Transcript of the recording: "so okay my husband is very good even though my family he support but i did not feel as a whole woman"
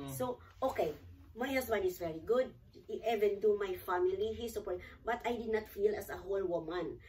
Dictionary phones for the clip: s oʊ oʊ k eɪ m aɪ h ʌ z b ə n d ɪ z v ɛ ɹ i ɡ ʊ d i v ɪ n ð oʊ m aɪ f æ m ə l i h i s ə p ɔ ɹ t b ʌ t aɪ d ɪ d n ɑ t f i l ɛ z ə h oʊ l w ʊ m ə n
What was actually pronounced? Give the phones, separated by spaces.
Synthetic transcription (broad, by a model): s oʊ oʊ k eɪ m aɪ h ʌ s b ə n ɪ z v ɛ ɹ i ɡ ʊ d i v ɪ n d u m aɪ f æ m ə l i h i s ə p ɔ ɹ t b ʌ t aɪ d ɪ d n ɑ t f i l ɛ s ə h oʊ l w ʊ m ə n